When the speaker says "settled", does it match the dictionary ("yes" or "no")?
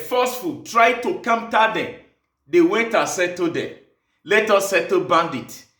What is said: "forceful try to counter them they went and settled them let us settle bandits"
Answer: no